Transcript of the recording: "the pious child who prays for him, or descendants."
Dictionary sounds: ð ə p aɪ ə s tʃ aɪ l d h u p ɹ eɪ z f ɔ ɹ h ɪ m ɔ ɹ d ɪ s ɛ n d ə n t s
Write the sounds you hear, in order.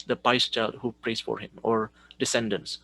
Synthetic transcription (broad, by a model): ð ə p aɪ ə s tʃ aɪ l d h u p ɹ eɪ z f ɔ ɹ h ɪ m ɔ ɹ d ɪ s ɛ n d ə n s